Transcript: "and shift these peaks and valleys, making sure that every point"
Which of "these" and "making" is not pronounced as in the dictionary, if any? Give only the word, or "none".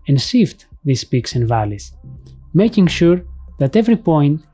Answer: these